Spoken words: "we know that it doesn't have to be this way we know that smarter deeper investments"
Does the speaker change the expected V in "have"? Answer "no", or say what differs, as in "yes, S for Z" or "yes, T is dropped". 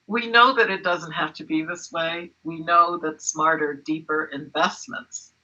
yes, F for V